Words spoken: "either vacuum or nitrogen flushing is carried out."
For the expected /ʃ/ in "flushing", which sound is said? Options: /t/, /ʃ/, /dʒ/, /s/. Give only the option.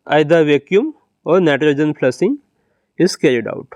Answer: /s/